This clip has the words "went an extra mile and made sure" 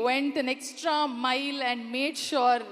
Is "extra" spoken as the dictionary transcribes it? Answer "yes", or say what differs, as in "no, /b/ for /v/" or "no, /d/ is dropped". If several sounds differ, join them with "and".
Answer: yes